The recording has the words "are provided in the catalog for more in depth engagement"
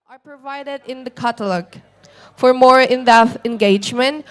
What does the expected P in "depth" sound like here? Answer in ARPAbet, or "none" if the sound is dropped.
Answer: none